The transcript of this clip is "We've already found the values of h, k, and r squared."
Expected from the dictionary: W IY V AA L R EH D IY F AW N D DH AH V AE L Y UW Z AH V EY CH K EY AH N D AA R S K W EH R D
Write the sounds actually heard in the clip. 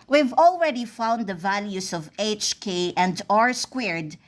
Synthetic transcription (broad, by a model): W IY V AA L R EH D IY F AW N D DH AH V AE L Y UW S AH V EY CH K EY AH N D AA R S K W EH R D